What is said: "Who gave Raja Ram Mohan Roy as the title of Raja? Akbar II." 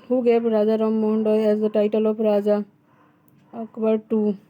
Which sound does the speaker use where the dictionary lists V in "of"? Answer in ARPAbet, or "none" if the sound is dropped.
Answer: P